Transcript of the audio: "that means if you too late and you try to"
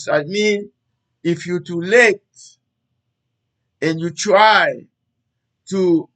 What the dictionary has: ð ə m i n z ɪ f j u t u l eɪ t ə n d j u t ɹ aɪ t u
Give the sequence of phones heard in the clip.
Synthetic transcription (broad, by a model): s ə m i n ɪ f j u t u l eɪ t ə n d j u t ɹ aɪ t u